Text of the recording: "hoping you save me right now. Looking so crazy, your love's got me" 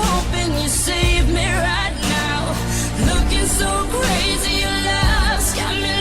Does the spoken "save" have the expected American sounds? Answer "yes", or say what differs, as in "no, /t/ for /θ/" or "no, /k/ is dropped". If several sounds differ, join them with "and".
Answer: yes